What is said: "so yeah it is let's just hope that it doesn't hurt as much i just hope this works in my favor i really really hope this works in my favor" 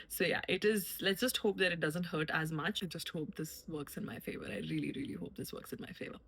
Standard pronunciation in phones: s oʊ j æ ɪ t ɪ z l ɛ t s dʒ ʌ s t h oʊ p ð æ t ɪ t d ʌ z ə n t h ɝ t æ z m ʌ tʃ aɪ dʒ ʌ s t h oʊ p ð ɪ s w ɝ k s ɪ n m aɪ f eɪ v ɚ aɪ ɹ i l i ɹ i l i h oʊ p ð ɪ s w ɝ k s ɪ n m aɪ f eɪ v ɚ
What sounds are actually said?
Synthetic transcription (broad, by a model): s oʊ j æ ɪ t ɪ z l ɛ t s dʒ ʌ s t h oʊ p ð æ t ɪ t d ʌ z ə n t h ɝ t æ z m ʌ tʃ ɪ dʒ ʌ s t h oʊ p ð ɪ s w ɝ k s ɪ n m aɪ f eɪ v ɚ aɪ ɹ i l i ɹ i l i h oʊ p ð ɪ s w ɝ k s ɪ n m aɪ f eɪ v ɚ